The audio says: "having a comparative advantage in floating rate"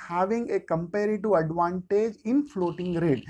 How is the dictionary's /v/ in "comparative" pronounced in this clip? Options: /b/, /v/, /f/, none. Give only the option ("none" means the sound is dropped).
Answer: none